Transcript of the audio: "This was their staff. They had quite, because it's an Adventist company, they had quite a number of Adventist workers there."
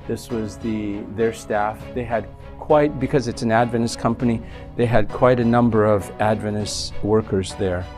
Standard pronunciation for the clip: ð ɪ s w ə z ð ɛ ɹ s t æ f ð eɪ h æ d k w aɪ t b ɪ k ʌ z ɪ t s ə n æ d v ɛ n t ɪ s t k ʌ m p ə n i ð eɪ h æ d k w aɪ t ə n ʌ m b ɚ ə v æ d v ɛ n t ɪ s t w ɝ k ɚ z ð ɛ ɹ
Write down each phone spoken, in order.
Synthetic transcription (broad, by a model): ð ɪ s w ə z ð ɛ ɹ s t æ f ð eɪ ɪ d k w aɪ t b ɪ k ʌ z ɪ t s n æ d v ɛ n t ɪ s k ʌ m p ə n i ð eɪ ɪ d k w aɪ t ə n ʌ m b ɚ ə v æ d v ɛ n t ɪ s w ɝ k ɚ z ð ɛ ɹ